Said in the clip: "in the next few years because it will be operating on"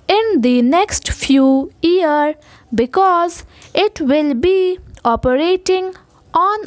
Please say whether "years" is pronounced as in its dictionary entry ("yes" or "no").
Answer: no